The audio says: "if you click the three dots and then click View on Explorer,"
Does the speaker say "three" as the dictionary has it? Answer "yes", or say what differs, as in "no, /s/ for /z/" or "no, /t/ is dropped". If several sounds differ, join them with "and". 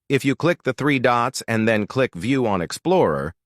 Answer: yes